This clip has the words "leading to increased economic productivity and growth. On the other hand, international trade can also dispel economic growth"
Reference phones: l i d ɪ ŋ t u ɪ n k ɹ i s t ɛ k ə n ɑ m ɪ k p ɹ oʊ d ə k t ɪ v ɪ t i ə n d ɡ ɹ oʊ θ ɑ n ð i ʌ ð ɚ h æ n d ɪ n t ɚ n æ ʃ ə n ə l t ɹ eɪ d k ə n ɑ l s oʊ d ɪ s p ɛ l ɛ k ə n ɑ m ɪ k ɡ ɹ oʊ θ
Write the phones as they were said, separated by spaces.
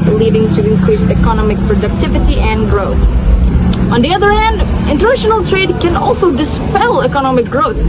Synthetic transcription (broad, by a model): l i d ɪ ŋ t u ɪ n k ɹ i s ɛ k ə n ɑ m ɪ k p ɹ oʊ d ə k t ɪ v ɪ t i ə n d ɡ ɹ oʊ θ ɑ n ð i ʌ ð ɚ h æ n d ɪ n t ɚ n æ ʃ ə n ə l t ɹ eɪ d k ə n ɑ l s oʊ d ɪ s p ɛ l ɛ k ə n ɑ m ɪ k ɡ ɹ oʊ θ